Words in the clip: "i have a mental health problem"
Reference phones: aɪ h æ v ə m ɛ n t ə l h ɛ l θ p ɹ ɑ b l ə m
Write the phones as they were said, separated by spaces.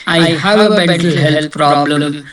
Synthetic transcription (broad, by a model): aɪ h æ v ə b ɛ t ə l h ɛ l t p ɹ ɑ b l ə m